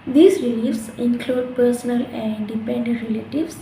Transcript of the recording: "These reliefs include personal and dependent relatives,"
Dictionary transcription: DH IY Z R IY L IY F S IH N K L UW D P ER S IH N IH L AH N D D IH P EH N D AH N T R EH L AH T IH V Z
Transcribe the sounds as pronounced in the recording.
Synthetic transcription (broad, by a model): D IY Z R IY L IY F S IH N K L UW D P ER S IH N IH L AH N D D IH P EH N D AH N T R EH L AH T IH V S